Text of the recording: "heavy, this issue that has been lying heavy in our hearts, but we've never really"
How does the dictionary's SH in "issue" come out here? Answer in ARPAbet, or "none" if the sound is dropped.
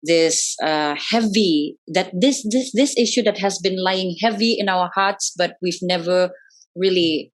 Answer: SH